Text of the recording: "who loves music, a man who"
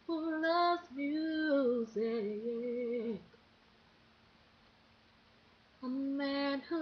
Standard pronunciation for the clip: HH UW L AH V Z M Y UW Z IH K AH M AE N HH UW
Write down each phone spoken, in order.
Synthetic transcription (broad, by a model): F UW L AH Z M Y UW Z IH K AH M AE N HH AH